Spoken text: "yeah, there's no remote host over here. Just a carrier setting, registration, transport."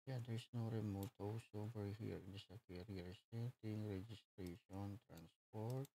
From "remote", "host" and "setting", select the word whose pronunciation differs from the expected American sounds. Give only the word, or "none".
host